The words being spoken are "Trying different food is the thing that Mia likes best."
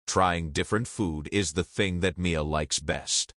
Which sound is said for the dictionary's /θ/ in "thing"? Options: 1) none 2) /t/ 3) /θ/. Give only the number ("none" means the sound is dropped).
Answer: 3